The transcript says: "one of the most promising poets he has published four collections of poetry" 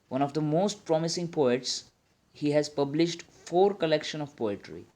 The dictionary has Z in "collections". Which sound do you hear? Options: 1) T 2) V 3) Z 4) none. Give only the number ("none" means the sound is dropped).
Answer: 4